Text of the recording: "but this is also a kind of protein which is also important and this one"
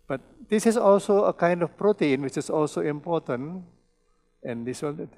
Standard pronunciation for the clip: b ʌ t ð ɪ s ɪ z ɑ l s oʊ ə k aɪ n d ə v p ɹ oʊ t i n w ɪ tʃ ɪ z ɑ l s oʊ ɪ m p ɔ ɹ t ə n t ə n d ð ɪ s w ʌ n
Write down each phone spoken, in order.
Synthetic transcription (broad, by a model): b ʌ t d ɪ s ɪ s ɑ l s oʊ ə k aɪ n d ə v p ɹ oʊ t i n w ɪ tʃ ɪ s ɑ l s oʊ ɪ m p ɔ t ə n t ə n d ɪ s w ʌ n